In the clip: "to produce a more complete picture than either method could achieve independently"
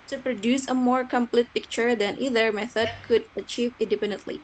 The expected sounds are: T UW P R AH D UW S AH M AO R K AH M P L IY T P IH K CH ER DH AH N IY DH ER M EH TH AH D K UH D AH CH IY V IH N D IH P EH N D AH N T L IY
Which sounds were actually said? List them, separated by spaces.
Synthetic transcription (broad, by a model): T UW P R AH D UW S AH M AO R K AH M P L IY T P IH K CH ER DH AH N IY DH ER M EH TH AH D K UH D AH CH IY V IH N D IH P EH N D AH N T L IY